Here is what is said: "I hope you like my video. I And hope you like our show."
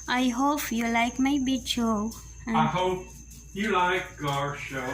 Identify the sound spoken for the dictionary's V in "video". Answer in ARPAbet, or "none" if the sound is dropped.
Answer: B